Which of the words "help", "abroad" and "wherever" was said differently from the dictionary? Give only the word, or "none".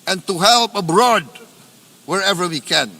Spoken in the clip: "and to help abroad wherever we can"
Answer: none